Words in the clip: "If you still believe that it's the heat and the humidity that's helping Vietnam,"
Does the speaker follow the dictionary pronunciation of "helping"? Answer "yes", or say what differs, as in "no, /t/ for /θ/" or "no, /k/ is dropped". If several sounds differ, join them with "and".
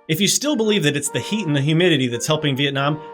yes